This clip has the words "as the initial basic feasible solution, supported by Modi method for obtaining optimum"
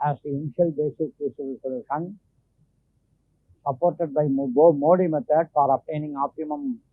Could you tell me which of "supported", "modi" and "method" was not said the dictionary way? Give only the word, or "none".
method